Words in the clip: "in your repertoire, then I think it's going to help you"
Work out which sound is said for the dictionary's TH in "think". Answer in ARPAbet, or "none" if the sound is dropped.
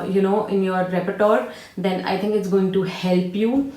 T